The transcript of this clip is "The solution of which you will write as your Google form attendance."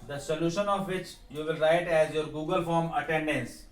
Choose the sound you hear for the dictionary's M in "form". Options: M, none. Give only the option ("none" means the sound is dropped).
M